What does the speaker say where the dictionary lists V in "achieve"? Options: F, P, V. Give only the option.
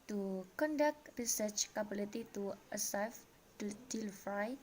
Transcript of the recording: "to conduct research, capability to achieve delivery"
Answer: F